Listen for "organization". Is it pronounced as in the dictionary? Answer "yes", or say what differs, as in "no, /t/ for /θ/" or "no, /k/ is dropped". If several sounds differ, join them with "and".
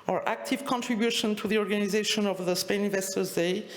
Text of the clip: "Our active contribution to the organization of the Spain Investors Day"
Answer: yes